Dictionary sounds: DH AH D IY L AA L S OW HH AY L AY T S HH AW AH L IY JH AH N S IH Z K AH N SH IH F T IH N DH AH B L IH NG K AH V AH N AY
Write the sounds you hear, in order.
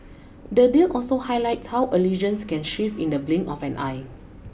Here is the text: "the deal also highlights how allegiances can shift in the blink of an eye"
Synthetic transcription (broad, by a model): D AH D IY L AA L S OW HH AY L AY T S HH AW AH L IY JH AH N S K AH N SH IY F IH N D AH B L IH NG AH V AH N AY